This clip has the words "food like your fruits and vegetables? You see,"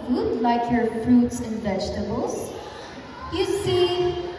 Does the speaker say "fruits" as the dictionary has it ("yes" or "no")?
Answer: yes